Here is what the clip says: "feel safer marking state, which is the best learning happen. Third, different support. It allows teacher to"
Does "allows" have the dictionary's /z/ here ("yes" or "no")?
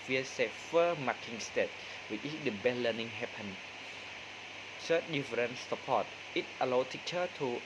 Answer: no